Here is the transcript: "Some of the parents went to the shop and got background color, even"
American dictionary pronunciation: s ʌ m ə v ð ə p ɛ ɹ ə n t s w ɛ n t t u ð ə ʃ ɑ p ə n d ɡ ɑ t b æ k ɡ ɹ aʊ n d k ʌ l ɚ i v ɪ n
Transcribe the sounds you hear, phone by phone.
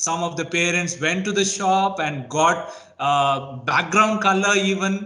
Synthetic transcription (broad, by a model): s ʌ m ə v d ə p ɛ ɹ ə n t s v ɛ n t t u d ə ʃ ɑ p ə n d ɡ ɑ t b æ k ɡ ɹ aʊ n d k ʌ l ɚ i v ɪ n